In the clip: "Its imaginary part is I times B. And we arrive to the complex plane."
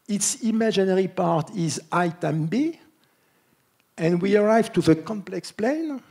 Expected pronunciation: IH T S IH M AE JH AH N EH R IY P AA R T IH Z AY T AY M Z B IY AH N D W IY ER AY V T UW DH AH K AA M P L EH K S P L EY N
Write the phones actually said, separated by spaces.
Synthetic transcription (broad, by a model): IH T S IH M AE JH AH N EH R IY P AA R T IH Z AY T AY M B IY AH N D W IY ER AY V T UW DH AH K AA M P L EH K S P L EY N